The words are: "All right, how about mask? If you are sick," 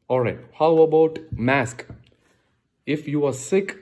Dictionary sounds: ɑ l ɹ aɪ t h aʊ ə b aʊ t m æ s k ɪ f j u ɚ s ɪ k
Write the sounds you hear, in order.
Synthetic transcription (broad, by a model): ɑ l ɹ aɪ t h aʊ ə b aʊ t m æ s k ɪ f j u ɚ s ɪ k